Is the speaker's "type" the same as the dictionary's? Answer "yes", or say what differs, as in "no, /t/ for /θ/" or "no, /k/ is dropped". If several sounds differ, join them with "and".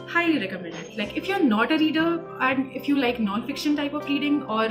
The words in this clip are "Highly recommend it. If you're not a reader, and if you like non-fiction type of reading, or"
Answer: yes